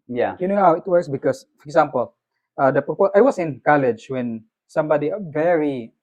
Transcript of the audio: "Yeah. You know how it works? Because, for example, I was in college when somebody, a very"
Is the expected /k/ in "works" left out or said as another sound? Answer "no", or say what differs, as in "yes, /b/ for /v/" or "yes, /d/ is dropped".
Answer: yes, /k/ is dropped